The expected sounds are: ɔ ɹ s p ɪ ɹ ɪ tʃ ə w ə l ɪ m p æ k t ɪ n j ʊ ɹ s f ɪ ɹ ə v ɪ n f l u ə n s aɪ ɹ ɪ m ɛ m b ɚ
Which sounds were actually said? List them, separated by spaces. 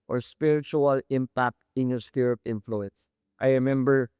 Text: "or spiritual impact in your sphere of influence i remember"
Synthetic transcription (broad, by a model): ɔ ɹ s p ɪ ɹ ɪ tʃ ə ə l ɪ m p æ k t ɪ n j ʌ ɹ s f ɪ ɹ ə p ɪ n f l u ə n s aɪ ɹ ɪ m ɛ m b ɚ